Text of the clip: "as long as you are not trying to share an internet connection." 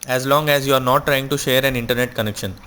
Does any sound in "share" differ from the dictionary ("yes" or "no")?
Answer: no